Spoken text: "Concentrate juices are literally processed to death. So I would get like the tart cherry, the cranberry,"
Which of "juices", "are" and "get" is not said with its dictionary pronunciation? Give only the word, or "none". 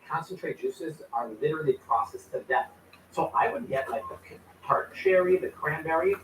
none